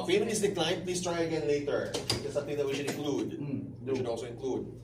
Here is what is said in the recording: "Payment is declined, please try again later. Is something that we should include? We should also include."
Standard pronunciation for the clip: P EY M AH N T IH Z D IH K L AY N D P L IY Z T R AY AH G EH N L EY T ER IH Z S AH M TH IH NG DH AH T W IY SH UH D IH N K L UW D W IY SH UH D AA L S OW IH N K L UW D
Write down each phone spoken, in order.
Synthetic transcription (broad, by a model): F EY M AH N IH S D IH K L AY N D P L IY S T R AY AH G EH N L EY T ER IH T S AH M T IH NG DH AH T W IY SH UH D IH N K L UW D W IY SH UH D AA L S OW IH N K L UW D